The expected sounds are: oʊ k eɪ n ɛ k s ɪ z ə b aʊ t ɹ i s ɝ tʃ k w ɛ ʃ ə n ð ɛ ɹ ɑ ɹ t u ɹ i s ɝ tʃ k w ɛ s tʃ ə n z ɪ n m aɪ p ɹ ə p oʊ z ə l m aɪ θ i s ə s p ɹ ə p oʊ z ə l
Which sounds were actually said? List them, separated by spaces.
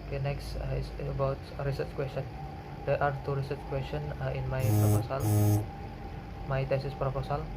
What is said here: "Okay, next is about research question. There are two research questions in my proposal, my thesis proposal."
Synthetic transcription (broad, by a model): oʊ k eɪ n ɛ k s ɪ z ə b aʊ t ɹ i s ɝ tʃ k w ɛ s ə n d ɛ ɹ ɑ ɹ t u ɹ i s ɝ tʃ k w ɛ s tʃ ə n ɪ n m aɪ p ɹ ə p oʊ s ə l m aɪ t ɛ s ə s p ɹ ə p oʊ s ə l